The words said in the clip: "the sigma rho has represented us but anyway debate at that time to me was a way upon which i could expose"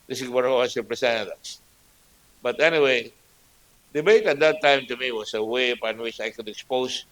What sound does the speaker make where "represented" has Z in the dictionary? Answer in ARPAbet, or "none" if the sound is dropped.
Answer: S